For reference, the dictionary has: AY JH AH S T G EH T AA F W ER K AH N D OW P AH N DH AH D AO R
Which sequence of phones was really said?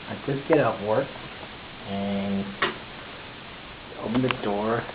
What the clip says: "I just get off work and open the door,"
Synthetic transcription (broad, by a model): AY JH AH S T G EH T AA P W ER K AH N OW P AH N DH AH D AO R